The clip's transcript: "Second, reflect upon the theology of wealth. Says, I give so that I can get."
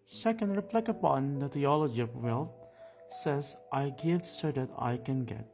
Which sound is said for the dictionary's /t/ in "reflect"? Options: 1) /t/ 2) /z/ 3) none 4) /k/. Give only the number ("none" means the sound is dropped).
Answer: 3